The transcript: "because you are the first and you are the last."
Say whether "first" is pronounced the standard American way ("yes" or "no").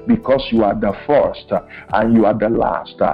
yes